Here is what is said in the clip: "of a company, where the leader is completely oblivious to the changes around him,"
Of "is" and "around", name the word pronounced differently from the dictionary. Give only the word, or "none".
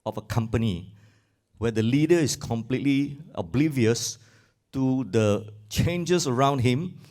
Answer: is